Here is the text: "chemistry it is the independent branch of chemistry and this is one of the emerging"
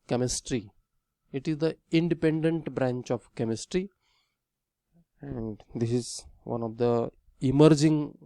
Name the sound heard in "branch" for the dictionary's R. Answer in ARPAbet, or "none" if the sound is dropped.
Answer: R